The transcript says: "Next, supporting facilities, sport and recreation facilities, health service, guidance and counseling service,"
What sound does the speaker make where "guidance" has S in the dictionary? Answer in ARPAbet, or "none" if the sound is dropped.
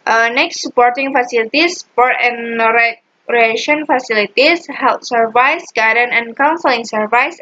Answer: none